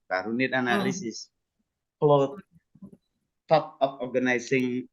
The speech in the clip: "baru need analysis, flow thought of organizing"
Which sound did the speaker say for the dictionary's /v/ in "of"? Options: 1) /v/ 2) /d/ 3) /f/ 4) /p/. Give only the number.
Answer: 4